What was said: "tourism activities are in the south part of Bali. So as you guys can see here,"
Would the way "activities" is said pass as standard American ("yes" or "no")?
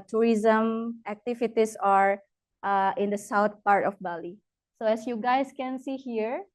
no